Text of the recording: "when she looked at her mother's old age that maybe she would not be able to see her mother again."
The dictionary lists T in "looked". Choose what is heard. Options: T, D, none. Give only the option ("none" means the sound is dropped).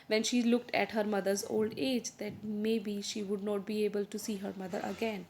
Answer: T